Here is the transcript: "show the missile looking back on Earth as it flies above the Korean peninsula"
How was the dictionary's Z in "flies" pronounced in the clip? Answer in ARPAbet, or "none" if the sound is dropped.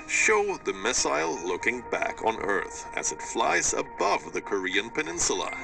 Z